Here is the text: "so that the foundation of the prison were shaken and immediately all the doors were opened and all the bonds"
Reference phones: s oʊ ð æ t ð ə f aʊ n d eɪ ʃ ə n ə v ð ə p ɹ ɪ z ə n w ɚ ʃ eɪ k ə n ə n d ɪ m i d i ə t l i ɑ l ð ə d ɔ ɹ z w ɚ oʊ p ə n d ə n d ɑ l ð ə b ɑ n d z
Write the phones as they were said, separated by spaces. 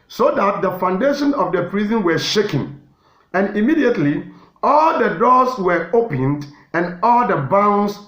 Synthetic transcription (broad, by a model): s oʊ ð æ t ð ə f aʊ n d eɪ ʃ ə n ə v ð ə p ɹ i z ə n w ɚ ʃ eɪ k ə n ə n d ɪ m i d i ə t l i ɑ l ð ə d ɔ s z w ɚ oʊ p ə n d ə n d ɑ l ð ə b ɑ n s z